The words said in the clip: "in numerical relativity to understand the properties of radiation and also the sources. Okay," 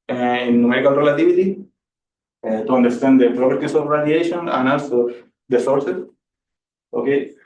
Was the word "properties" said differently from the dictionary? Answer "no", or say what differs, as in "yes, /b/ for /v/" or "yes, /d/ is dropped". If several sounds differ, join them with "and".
yes, /s/ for /z/